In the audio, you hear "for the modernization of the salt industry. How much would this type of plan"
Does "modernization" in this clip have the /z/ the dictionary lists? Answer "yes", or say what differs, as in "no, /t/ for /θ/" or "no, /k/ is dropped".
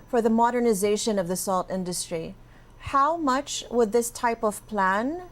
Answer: yes